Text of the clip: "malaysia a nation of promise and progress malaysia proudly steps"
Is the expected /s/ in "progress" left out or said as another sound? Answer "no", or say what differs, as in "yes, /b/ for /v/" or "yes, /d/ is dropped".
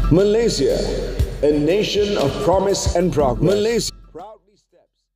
yes, /s/ is dropped